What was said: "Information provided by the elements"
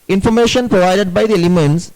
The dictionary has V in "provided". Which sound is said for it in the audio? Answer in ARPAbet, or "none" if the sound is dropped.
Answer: V